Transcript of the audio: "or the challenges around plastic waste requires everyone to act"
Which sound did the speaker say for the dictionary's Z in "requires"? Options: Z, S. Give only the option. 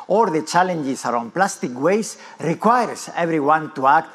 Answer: S